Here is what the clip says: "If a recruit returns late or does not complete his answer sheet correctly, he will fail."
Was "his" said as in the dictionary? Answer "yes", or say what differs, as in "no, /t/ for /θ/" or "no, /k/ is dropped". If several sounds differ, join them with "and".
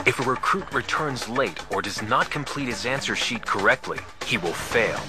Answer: yes